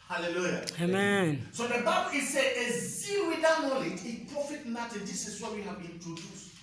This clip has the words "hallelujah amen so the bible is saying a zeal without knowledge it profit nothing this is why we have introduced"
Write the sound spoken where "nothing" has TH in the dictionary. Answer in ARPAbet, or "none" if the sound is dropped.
T